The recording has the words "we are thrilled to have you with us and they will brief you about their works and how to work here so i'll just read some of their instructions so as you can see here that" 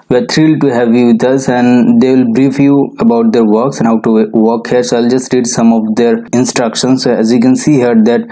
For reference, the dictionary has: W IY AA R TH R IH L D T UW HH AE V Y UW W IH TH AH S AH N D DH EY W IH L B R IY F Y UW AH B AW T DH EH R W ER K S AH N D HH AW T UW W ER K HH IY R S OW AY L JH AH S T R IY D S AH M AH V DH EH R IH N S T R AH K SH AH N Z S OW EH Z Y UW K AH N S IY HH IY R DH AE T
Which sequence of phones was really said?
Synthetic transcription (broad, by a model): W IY AA R T R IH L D T UW HH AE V Y UW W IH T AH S AH N D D EY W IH L B R IY F Y UW AH B AW T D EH R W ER K S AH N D HH AW T UW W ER K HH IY R S OW AY L JH AH S T R IY D S AH M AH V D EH R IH N S T R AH K SH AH N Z S OW EH Z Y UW K AH N S IY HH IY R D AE T